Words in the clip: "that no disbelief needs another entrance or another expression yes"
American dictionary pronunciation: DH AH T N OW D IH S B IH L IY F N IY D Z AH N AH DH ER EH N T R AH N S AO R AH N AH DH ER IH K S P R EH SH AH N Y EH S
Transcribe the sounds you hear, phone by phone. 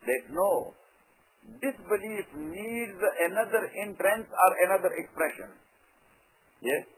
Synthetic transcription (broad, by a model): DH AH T N OW D IH S B IH L IY F N IY D Z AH N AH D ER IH N T R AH N S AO R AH N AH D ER IH K S P R EH SH AH N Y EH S